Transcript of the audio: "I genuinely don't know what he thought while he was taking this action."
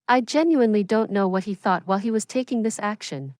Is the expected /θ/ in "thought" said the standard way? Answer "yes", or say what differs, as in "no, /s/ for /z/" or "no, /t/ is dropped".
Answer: yes